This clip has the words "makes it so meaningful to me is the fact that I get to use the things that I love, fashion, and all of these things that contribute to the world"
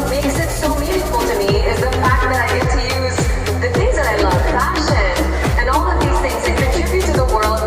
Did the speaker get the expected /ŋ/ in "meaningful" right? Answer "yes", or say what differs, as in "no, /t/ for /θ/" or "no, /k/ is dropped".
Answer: no, /ŋ/ is dropped